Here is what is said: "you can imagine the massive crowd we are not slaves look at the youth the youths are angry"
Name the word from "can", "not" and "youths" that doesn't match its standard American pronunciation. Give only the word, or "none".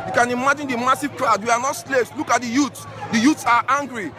youths